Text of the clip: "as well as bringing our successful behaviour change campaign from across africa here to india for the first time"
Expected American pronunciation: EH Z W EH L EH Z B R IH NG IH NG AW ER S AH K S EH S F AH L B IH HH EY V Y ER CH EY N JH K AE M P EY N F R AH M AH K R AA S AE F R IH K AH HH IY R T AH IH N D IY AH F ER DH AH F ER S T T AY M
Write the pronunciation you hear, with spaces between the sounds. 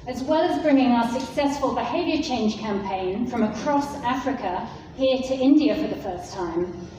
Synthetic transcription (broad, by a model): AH Z W EH L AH Z B R IH NG IH NG AW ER S AH K S EH S F AH L B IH HH EY V Y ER CH EY N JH K AE M P EY N F R AH M AH K R AA S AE F R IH K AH HH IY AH T AH IH N D IY AH F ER DH AH F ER S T T AY M